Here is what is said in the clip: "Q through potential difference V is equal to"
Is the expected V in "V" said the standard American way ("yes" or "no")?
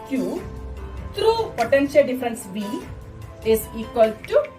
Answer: no